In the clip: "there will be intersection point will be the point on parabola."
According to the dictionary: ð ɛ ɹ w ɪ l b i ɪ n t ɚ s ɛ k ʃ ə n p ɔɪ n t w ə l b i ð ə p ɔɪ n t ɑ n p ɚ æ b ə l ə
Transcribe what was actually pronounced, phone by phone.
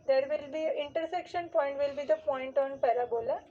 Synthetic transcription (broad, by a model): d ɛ ɹ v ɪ l b i ɪ n t ɚ s ɛ k ʃ ə n p ɔɪ n t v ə l b i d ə p ɔɪ n t ɑ n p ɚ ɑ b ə l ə